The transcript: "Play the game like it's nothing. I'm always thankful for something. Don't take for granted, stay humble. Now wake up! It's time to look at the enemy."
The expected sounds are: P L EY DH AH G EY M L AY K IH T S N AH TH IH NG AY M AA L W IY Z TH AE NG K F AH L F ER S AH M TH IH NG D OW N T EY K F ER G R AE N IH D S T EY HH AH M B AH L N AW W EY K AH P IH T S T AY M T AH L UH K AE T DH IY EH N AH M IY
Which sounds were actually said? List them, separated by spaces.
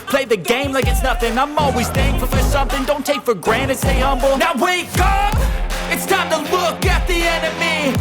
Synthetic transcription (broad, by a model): P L EY DH AH G EY M L AY K IH T S N AH TH IH NG AY M AA L W IY Z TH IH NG F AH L F ER S AH M TH IH NG D OW N T EY K F ER G R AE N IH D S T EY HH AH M B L N AW W EY K AH P IH T S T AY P T AH L UH K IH T DH IY EH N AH M IY